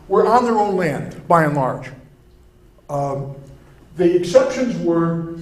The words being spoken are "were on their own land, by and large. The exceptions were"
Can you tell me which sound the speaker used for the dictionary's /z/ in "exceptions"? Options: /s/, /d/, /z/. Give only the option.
/z/